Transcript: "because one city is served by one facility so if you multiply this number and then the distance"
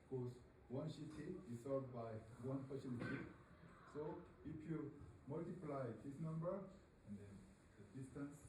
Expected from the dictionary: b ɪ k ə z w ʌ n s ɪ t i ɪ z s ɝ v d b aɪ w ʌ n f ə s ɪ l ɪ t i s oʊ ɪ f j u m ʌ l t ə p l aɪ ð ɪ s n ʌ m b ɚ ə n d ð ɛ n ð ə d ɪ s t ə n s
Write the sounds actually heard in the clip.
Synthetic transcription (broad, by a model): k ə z w ʌ n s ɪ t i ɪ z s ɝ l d b aɪ w ʌ n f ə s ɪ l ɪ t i s oʊ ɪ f j u m ʌ l t ə p l aɪ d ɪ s n ʌ m b ɚ ə n d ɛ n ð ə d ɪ s t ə n s